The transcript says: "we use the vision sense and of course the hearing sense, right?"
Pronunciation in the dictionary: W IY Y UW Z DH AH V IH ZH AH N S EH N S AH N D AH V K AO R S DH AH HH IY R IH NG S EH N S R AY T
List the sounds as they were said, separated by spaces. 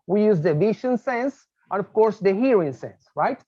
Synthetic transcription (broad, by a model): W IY Y UW Z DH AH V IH SH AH N S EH N S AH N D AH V K AO R S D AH HH IY R IH NG S EH N S R AY T